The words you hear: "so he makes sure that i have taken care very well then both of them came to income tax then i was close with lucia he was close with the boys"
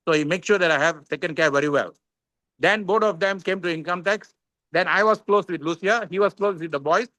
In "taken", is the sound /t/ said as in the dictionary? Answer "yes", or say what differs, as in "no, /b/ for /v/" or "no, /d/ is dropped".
no, /s/ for /t/